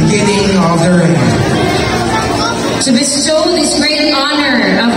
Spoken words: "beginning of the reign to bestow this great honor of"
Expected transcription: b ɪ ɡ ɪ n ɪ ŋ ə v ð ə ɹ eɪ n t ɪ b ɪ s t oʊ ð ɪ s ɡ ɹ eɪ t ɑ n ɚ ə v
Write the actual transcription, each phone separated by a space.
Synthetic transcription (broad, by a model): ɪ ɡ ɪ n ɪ ŋ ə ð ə ɹ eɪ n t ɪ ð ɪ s s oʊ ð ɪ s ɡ ɹ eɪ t ɑ n ɚ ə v